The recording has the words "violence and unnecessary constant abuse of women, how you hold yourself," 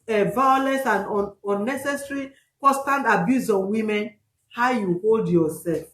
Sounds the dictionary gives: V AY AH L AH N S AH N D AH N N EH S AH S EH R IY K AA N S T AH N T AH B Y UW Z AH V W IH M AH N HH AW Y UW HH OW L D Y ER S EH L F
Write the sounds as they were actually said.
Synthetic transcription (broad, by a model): V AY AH L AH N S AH N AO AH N N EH S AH S R IY K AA S T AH N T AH B Y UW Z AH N W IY M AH N HH AW Y UW HH OW L D Y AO S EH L F